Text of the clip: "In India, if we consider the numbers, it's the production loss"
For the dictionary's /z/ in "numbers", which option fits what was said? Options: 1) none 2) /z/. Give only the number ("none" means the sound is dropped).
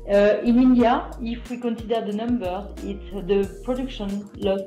1